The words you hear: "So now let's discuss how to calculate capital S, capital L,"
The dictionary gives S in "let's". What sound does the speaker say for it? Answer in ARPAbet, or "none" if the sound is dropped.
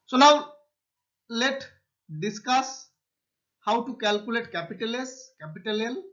none